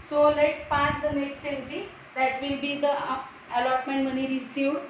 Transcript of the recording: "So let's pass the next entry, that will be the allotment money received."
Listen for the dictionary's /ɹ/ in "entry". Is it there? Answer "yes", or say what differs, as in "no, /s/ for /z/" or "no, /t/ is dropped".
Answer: no, /ɹ/ is dropped